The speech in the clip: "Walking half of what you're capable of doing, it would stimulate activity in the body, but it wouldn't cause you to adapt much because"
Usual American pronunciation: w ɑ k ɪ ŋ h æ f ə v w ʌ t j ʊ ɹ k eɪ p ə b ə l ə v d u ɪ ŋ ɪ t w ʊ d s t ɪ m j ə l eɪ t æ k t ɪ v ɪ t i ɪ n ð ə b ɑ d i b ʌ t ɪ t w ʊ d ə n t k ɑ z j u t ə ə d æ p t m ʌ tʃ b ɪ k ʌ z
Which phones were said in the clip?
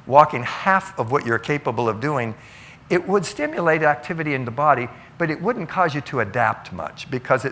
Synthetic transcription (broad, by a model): w ɑ k ɪ ŋ h æ f ə v w ʌ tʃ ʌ ɹ k eɪ p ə b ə l ə v d u ɪ ŋ ɪ t w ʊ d s t ɪ m j ə l eɪ t æ k t ɪ v ɪ t i ɪ n ð ə b ɑ d i b ʌ t ɪ t w ʊ d n k ɑ z j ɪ t ə ə d æ p t m ʌ tʃ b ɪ k ʌ z